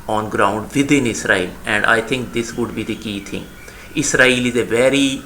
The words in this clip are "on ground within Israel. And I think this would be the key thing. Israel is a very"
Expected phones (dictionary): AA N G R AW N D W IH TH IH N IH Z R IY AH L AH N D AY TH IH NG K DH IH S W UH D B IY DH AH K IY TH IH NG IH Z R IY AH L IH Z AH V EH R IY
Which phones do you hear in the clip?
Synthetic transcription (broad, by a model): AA N G R AW N D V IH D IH N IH S R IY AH L AH N D AY T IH NG K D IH S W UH D B IY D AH K IY T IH NG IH S R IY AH L IH Z AH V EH R IY